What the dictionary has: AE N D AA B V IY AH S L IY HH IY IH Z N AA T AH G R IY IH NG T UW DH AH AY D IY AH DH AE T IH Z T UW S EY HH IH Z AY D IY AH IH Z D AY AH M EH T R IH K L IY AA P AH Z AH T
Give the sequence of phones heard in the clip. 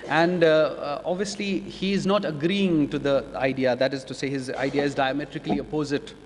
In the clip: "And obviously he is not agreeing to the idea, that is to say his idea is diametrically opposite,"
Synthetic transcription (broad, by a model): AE N D AA B V IY AH S L IY HH IY IH Z N AA T AH G R IY IH NG T UW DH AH AY D IY AH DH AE T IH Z T UW S EY HH IH Z AY D IY AH IH Z D AY AH M EH T R IH K L IY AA P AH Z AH T